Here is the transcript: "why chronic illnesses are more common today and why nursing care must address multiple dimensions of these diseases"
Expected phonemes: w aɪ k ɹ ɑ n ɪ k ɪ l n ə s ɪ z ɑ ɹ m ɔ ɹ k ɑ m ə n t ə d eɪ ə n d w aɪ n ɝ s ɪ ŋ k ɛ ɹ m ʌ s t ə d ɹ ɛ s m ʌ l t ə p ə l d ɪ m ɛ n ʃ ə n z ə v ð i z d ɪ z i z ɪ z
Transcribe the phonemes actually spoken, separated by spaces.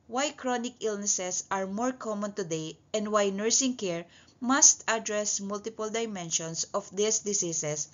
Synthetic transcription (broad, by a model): w aɪ k ɹ ɑ n ɪ k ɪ l n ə s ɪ s ɑ ɹ m ɔ ɹ k ɑ m ə n t ə d eɪ ə n d w aɪ n ɝ s ɪ ŋ k ɛ ɹ m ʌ s t ə d ɹ ɛ s m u l t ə p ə l d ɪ m ɛ n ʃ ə n s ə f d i s d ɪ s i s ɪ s